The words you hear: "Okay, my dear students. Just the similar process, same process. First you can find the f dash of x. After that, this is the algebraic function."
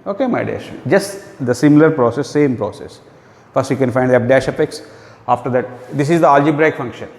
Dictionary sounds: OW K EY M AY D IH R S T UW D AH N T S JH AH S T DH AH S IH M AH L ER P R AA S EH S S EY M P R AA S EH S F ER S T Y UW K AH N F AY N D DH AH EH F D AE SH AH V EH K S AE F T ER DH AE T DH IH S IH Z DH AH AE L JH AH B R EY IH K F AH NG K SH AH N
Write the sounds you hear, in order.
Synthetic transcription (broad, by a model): OW K EY M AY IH D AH T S JH AH S T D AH S IH M AH L ER P R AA S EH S S EY M P R AA S EH S F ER S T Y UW K AH N F AY N D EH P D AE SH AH P EH K S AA F T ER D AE T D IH S IH Z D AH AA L JH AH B R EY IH K F AH NG K SH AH N